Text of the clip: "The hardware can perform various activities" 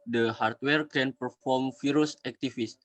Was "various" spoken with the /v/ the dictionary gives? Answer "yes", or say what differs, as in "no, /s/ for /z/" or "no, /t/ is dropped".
no, /f/ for /v/